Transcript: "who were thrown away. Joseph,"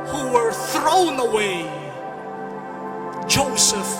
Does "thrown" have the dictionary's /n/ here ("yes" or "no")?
yes